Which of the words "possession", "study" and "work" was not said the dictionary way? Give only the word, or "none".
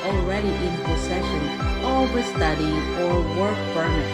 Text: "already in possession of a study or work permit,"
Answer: possession